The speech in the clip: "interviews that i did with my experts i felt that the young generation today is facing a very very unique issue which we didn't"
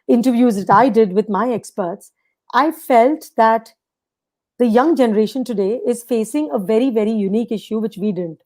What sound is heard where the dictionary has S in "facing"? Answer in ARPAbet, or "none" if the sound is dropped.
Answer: S